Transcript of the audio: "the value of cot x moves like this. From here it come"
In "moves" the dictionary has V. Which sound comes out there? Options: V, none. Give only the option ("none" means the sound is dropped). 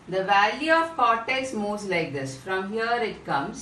none